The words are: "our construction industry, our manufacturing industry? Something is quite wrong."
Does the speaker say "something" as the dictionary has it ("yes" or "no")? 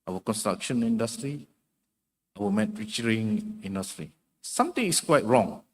no